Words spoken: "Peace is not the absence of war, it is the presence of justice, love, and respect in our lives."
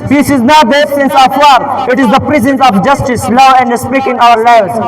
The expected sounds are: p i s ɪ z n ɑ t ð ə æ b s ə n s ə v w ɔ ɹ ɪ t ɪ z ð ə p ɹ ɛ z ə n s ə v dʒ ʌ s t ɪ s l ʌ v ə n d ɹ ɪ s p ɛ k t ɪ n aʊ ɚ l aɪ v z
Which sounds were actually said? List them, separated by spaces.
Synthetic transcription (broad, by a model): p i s ɪ z n ɑ t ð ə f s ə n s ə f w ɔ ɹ ɪ t ɪ z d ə p ɹ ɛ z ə n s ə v dʒ ʌ s t ɪ s l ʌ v ə n d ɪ s p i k ɪ n aʊ ɚ l aɪ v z